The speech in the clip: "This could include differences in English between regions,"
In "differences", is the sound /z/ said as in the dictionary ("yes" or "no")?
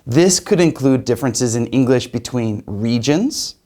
yes